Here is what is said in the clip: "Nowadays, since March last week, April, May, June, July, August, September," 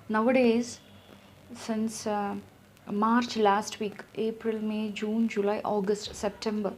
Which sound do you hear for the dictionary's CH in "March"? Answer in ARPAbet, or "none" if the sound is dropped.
CH